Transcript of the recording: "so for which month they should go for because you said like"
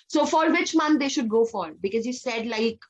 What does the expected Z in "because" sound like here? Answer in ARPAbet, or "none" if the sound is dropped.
Z